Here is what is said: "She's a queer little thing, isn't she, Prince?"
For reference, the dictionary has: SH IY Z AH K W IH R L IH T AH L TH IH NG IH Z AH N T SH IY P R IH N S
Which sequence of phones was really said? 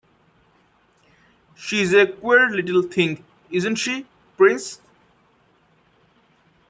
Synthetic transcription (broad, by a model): SH IY Z AH K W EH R L IH T AH L T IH NG IH Z AH N T SH IY P R IH N S